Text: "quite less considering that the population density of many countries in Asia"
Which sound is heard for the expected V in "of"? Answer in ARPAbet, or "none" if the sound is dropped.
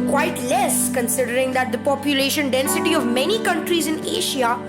V